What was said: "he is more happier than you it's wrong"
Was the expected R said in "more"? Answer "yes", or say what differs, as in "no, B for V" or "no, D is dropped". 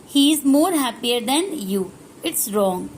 yes